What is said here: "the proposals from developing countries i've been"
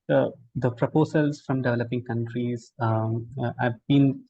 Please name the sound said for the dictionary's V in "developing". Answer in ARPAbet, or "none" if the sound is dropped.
V